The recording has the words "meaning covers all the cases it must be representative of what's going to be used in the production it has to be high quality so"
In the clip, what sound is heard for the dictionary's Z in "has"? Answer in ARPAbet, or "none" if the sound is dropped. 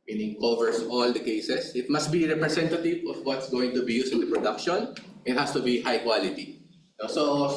S